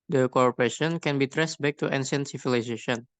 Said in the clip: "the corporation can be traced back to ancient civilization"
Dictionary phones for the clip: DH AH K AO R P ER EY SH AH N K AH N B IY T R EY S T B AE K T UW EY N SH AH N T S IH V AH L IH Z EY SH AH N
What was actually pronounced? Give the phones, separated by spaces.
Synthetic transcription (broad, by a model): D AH K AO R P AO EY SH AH N K AH N B IY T R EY S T B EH K T UW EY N S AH N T S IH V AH L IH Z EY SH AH N